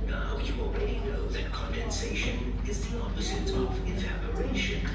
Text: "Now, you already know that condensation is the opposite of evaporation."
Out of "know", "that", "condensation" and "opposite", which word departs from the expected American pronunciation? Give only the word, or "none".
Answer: none